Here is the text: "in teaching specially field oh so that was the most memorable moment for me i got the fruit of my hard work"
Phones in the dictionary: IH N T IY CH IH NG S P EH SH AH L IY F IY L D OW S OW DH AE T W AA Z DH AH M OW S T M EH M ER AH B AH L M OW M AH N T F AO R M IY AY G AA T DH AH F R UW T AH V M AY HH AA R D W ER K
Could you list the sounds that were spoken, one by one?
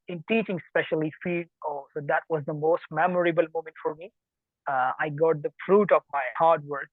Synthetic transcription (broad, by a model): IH N T IY CH IH NG S P EH SH AH L IY F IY D OW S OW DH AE T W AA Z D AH M OW S T M EH M ER AH B AH L M OW M AH N T F AO R M IY AY G AA T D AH F R UW T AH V M AY HH AA R D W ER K